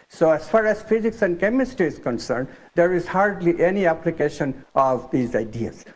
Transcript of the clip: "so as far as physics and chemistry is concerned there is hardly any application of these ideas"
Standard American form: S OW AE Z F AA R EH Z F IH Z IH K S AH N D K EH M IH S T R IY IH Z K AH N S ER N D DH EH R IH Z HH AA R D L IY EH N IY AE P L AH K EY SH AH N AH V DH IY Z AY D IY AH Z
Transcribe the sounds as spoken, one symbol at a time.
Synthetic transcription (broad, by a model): S OW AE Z F AA R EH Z F IH Z IH K S AH N D K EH M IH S T IY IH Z K AH N S ER N D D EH R IH Z HH AA R D L IY EH N IY AE P L AH K EY SH AH N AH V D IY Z AY D IY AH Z